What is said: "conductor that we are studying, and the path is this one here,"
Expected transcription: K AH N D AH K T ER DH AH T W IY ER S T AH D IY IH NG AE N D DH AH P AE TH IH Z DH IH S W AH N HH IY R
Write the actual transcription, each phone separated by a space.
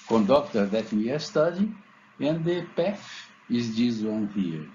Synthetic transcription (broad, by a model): K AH N D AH K T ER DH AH T W IY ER S T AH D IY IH N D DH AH P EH F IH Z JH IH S W AH N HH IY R